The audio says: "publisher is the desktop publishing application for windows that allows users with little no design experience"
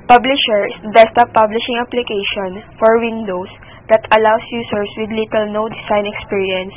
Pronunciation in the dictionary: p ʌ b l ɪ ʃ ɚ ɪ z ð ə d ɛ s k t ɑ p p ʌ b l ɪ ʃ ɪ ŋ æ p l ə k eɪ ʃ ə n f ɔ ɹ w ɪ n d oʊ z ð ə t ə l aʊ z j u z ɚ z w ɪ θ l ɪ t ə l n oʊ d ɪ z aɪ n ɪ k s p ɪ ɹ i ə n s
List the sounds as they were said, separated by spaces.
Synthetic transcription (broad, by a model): p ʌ b l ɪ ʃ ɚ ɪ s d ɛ s t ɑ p p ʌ b l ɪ ʃ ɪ ŋ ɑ p l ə k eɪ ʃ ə n f ɔ ɹ w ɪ n d oʊ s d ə t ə l aʊ s j u s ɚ s w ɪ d l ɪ t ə l n oʊ d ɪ s aɪ n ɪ k s p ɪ ɹ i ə n s